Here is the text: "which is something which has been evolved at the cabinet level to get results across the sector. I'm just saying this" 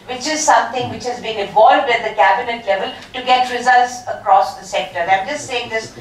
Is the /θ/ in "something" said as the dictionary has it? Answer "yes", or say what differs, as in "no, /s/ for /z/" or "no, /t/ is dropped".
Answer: no, /t/ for /θ/